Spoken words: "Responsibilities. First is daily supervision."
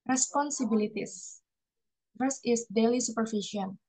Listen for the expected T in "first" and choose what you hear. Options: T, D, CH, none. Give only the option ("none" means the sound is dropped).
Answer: none